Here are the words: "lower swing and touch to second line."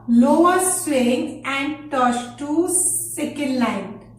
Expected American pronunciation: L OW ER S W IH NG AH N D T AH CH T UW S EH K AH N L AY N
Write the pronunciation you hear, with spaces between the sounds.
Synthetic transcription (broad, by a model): L OW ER S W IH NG AH N D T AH S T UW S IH K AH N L AY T